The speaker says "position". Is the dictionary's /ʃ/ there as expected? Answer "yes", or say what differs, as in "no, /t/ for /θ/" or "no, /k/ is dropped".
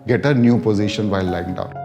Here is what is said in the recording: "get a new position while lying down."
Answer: yes